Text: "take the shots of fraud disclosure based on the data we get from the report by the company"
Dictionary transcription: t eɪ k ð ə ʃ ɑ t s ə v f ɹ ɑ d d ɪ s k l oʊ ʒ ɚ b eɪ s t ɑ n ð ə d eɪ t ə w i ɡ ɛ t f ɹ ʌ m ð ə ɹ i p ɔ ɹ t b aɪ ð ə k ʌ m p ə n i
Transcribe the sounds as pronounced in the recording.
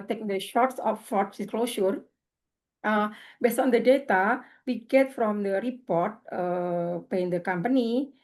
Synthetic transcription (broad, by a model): t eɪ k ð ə ʃ ɑ t s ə f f ɑ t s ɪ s k l oʊ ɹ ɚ b eɪ s t ɑ n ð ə d eɪ t ə w i ɡ ɛ t f ɹ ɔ m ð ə ɹ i p ɔ ɹ t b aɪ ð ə k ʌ m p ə n i